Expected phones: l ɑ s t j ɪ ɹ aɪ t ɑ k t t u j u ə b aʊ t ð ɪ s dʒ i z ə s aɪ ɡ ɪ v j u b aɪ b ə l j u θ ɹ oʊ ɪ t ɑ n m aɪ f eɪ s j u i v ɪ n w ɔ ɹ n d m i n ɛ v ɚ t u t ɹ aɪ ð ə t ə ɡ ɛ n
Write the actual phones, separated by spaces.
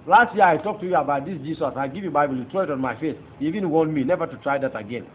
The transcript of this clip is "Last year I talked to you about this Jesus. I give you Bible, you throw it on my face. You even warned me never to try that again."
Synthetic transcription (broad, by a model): l ɑ s t j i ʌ aɪ t ɑ k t t u j u ə b aʊ t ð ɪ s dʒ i s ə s aɪ ɡ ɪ v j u b aɪ b ə l j u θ ɹ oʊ ɪ t ɑ n m aɪ f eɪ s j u i v ɪ n w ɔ n m i n ɛ v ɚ t u t ɹ aɪ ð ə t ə ɡ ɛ n